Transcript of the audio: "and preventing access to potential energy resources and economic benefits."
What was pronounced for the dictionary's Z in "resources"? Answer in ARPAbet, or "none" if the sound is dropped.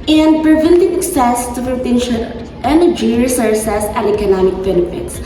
S